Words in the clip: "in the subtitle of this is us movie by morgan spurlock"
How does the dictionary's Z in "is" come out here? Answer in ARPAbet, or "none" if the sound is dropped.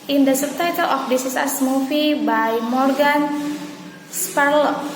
S